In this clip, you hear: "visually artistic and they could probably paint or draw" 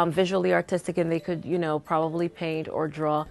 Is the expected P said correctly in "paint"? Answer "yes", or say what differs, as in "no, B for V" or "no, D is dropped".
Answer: yes